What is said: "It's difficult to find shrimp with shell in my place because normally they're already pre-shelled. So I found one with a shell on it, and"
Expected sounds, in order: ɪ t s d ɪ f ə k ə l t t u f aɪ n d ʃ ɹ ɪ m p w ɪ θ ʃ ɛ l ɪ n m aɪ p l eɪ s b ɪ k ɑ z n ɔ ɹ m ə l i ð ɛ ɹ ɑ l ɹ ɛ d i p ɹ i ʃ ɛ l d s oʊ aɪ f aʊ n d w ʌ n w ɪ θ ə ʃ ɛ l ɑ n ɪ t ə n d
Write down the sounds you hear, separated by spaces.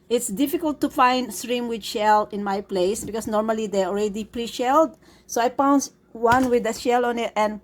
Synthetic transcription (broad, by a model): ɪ t s d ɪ f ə k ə l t t u f aɪ n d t ɹ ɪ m w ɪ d ʃ ɛ l ɪ n m aɪ p l eɪ s b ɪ k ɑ s n ɔ ɹ m ə l i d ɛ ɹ ɑ l ɹ ɛ d i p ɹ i ʃ ɛ l d s oʊ aɪ p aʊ n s w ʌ n w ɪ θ ə ʃ ɛ l ɑ n ɪ t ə n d